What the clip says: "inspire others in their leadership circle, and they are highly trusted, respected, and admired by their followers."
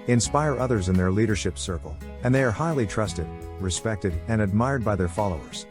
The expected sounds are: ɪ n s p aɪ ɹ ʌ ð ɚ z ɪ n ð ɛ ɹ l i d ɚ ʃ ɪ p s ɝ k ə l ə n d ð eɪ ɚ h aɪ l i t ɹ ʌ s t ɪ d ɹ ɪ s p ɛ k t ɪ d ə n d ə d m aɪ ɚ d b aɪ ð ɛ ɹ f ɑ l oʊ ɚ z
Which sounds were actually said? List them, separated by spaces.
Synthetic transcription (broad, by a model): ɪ n s p aɪ ɹ ʌ ð ɚ z ɪ n ð ɛ ɹ l i d ɚ ʃ ɪ p s ɝ k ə l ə n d ð eɪ ɚ h aɪ l i t ɹ ʌ s t ɪ d ɹ ɪ s p ɛ k t ɪ d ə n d ə d m aɪ ɚ d b aɪ ð ɛ ɹ f ɑ l oʊ ɚ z